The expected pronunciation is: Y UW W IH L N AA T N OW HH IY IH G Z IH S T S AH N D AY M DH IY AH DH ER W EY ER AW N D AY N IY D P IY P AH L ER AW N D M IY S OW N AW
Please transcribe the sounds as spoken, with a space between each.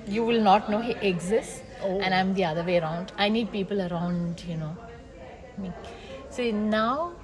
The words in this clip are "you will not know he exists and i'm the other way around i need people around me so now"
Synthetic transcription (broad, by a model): Y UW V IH L N AA T N OW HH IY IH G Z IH S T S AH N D AY M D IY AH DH ER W EY ER AW N D AY N IY D P IY P AH L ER AW N D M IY S OW N AW